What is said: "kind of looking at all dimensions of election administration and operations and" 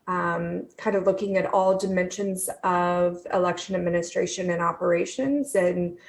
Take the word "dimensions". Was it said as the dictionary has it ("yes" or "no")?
yes